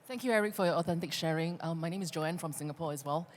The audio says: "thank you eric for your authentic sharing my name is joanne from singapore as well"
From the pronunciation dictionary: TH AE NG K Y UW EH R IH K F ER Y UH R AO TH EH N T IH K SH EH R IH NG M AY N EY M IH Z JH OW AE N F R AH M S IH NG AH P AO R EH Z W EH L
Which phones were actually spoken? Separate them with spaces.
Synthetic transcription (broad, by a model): TH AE NG K Y UW EH R IH K F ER Y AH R AO TH EH N T IH K SH EH R IH NG M AY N EY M IH Z JH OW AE N F R AH M S IH NG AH P AO R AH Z W EH L